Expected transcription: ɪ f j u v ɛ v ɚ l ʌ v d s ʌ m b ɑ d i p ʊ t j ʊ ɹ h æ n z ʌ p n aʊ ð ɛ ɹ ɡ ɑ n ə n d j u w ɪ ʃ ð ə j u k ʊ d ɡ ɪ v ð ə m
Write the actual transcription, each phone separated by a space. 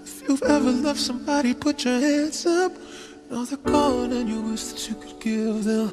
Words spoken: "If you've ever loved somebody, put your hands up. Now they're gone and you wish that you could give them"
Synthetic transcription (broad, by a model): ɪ f j u v ɛ v ɚ l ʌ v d s ʌ m b ɑ d i p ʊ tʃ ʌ ɹ h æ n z ʌ p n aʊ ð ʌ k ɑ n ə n j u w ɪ s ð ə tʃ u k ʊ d ɡ ɪ v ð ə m